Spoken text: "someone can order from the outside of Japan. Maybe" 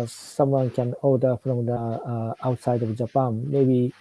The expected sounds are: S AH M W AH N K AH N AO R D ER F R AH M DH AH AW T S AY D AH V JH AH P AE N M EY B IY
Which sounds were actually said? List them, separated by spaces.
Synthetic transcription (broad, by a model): S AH M W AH N K AH N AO L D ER P R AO M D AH AW T S AY D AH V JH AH P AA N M EY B IY